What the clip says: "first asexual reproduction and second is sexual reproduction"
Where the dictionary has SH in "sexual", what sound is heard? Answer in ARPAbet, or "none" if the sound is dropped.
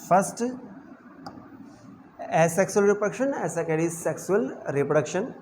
S